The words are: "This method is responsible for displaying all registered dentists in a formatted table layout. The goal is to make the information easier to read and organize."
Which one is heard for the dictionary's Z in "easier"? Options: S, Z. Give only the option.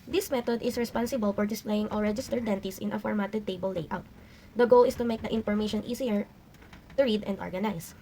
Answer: S